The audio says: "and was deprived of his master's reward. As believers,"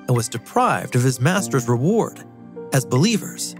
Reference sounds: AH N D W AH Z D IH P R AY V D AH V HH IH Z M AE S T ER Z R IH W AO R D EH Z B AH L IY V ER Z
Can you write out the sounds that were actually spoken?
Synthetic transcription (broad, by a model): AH N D W AH Z D IH P R AY V D AH V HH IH Z M AE S T ER Z R IH W AO R D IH Z B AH L IY V ER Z